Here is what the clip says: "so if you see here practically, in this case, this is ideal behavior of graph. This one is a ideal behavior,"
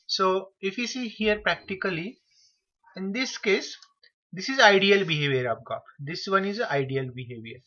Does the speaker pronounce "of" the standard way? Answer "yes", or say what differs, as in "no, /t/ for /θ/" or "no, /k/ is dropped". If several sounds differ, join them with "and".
no, /p/ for /v/